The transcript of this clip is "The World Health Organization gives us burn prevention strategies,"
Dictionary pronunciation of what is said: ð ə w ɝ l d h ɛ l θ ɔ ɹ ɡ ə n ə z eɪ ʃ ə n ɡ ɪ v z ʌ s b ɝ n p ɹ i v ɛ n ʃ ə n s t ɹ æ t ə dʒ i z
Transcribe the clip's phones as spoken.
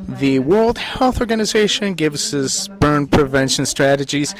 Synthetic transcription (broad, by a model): ð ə w ɝ l d h ɛ l θ ɔ ɹ ɡ ə n ə z eɪ ʃ ə n ɡ ɪ v z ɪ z b ɝ n p ɹ i v ɛ n ʃ ə n s t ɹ æ t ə dʒ i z